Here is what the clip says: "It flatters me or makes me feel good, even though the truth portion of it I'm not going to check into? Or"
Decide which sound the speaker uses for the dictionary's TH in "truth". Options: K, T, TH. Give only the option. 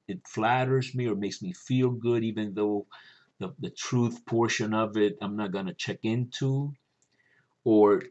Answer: TH